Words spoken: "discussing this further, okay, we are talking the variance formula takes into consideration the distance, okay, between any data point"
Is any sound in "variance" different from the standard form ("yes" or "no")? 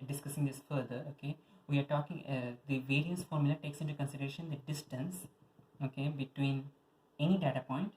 yes